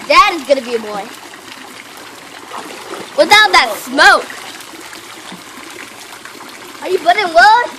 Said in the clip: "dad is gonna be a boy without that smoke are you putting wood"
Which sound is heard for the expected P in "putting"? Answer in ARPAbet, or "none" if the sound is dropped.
B